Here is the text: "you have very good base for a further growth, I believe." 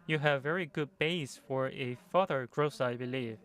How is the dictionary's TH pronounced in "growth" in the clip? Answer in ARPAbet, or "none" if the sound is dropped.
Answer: S